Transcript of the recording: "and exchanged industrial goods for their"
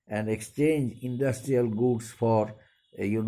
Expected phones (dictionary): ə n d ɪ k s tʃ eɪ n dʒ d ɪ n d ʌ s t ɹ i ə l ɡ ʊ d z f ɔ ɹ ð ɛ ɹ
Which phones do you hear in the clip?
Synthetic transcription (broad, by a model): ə n d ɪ k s tʃ eɪ n dʒ ɪ n d ʌ s t ɹ i ə l ɡ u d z f ɔ ɹ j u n